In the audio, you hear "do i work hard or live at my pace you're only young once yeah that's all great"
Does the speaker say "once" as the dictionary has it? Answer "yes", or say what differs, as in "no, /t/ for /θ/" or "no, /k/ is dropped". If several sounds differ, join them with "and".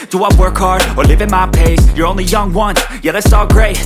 no, /s/ is dropped